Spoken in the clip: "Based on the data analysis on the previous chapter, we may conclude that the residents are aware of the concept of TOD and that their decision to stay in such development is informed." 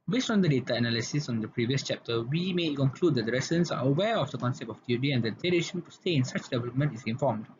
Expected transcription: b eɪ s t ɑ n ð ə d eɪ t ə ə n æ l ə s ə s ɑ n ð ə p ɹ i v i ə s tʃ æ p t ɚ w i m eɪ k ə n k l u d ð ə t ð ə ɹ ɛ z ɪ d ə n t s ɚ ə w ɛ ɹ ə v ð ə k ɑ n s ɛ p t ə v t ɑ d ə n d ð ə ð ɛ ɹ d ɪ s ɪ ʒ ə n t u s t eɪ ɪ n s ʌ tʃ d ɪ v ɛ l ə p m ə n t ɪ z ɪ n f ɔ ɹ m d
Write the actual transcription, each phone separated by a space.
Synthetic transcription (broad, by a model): b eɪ s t ɑ n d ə d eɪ t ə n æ l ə s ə s ɑ n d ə p ɹ i v i ə s tʃ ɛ p t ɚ w i m eɪ k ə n k l u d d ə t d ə ɹ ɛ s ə n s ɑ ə w ɛ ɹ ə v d ə k ɑ n s ɛ p t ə f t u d ə n d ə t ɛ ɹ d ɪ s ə n t u s t eɪ ɪ n s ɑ tʃ d ɪ v ɛ l ə p m ə n t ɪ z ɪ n f ɔ m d